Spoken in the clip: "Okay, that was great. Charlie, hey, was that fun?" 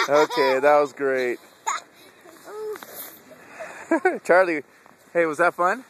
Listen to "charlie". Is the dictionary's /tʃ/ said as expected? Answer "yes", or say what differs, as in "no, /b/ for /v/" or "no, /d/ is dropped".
yes